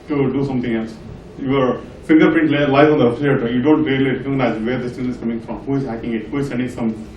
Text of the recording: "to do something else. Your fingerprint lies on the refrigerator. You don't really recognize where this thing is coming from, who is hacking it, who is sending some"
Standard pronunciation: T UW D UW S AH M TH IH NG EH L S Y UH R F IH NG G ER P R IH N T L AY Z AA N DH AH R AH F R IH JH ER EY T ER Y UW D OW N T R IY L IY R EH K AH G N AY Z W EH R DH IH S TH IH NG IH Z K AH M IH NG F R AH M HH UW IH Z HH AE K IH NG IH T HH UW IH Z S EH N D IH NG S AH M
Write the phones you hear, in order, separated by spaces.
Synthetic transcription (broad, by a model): T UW D UW S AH M T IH NG EH L S Y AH R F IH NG G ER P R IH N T L AY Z AA N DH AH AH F L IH ER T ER Y UW D OW N T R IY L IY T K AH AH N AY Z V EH R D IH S T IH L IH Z K AH M IH NG F R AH M HH UW IH Z HH AE K IH NG IH T HH UW IH Z S EH N D IH NG S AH M